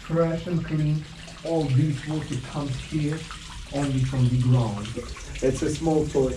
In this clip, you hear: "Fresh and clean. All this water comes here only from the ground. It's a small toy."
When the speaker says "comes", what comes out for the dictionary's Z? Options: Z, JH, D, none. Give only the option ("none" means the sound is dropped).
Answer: none